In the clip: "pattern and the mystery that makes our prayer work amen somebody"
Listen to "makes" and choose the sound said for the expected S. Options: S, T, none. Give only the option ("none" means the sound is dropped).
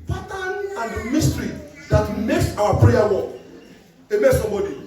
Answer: S